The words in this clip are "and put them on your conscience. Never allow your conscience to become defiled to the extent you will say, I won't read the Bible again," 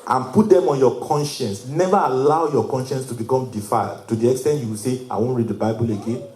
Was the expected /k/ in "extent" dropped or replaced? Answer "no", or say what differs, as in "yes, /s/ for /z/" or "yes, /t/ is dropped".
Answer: no